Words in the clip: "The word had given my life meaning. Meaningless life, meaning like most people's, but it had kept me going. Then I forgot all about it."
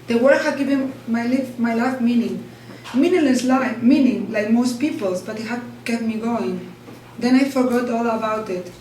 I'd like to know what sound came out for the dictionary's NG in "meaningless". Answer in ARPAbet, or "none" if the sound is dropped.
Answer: none